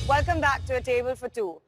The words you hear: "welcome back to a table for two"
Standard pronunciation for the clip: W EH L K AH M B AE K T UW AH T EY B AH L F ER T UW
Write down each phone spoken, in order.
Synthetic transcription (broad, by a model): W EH L K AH M B AE K T UW AH T EY B AH L F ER T UW